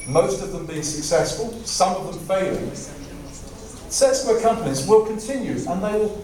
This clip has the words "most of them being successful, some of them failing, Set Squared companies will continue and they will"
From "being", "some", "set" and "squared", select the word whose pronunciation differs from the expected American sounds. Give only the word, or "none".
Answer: squared